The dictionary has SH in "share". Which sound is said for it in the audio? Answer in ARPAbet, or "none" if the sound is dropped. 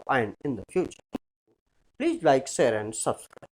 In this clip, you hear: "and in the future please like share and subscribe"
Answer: S